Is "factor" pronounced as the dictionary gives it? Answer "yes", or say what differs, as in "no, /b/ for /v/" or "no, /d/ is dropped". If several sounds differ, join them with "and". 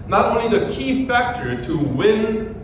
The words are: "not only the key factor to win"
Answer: yes